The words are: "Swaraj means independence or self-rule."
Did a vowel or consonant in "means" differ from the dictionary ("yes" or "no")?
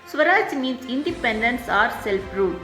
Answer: yes